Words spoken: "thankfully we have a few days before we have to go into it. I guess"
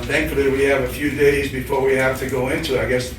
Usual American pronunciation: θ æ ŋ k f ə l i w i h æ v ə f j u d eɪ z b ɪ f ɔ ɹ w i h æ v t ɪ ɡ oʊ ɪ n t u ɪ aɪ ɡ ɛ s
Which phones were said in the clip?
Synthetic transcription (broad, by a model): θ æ ŋ k f l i w i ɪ v ə f j u d eɪ z b ɪ f ɔ ɹ w i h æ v t ɪ ɡ oʊ ɪ n t u ɪ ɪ ɡ ɛ s